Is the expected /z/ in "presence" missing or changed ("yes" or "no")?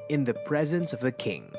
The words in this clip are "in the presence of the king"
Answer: no